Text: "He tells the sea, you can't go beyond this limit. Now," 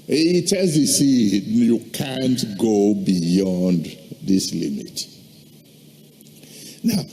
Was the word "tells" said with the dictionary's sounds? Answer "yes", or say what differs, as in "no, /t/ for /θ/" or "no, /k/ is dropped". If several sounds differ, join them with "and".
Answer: no, /l/ is dropped